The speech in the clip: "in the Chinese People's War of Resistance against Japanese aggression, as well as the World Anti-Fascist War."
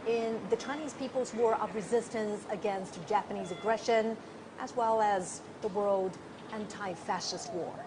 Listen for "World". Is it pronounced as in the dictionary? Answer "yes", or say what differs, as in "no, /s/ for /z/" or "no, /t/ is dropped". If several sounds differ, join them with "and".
yes